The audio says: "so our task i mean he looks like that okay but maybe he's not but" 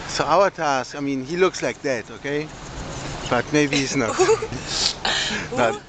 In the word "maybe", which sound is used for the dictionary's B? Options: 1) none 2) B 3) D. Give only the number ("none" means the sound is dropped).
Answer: 1